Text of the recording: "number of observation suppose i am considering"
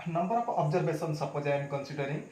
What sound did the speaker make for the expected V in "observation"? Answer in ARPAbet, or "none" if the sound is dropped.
B